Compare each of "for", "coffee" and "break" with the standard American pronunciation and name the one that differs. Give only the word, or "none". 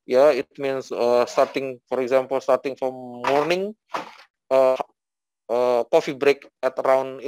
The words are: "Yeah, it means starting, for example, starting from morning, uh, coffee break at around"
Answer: none